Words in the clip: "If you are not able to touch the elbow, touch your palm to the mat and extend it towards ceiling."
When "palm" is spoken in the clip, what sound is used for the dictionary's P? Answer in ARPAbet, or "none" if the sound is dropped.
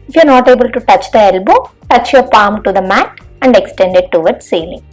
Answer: P